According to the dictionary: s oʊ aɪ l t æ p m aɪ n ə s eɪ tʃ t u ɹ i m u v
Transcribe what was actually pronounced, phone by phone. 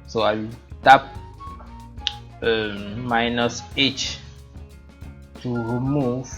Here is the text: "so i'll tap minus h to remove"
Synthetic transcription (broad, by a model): s oʊ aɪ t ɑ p m aɪ n ə s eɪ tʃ t u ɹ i m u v